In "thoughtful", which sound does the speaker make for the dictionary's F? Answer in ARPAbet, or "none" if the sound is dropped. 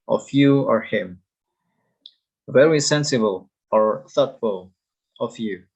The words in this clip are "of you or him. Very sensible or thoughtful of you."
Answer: F